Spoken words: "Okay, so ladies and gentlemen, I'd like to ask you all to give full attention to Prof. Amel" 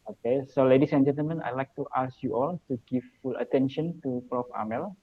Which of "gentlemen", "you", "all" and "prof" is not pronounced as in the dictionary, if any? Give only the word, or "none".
none